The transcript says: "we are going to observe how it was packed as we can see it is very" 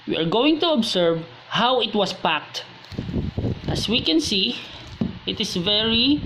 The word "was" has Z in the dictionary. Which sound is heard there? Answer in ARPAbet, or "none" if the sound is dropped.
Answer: S